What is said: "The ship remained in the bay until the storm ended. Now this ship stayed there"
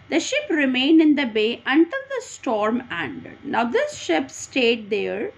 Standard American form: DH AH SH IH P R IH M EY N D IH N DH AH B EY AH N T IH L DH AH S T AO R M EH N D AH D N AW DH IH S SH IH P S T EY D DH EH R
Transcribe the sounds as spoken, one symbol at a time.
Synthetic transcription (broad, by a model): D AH SH IH P R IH M EY N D IH N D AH B EY AH N T IH L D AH S T AO R M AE N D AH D N AW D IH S SH IH P S T EY D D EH R